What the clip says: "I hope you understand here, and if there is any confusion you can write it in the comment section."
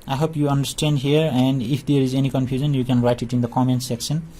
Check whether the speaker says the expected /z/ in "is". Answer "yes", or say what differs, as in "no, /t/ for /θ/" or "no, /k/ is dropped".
yes